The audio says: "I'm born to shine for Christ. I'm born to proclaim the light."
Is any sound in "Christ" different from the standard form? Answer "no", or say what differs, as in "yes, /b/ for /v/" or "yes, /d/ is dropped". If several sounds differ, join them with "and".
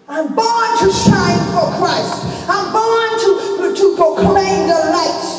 no